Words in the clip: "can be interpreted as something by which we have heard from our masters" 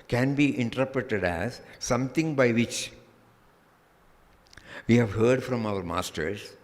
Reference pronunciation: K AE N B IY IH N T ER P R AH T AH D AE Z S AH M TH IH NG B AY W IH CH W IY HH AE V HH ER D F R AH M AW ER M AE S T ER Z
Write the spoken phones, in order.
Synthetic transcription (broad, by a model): K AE N B IY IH N T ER P R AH T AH D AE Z S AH M T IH NG B AY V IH CH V IY HH AE V HH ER D F R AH M AW ER M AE S T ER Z